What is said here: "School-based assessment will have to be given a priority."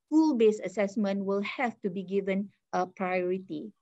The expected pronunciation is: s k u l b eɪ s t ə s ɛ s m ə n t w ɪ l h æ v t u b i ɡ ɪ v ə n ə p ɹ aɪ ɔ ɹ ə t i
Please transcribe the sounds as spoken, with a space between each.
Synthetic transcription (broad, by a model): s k u l b eɪ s ə s ɛ s m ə n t w ɪ l h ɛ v t u b i ɡ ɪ v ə n ə p ɹ aɪ ɔ ɹ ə t i